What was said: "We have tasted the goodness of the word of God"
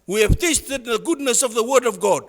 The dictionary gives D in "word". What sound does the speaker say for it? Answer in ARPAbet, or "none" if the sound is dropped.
D